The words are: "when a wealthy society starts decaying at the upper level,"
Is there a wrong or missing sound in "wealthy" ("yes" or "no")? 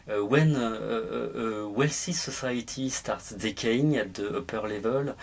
yes